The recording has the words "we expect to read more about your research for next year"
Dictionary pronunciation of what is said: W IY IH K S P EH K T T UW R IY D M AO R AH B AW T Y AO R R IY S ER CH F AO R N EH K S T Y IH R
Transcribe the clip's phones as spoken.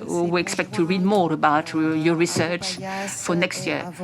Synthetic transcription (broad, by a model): W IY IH K S P EH K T T UW R IY D M AO R AH B AW T Y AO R R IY S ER CH F AO R N EH K S T Y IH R